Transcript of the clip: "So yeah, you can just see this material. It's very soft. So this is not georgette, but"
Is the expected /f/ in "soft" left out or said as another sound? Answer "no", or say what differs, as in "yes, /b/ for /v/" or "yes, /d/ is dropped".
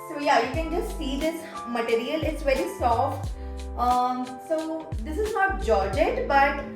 no